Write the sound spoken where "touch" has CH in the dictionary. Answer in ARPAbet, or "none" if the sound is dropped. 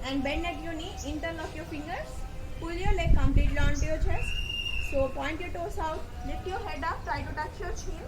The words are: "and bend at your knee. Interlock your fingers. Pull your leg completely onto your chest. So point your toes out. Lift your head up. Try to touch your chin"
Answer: CH